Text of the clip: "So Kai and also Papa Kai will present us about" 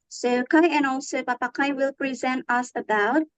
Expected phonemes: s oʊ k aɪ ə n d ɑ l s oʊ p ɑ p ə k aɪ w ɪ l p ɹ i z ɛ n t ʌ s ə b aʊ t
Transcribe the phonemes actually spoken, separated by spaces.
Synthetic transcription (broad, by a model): s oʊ k aɪ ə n ɑ l s oʊ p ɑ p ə k aɪ w ɪ l p ɹ i z ɛ n t ʌ s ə b aʊ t